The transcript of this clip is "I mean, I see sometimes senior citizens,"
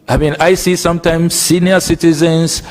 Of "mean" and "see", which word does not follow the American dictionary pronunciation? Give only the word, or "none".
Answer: none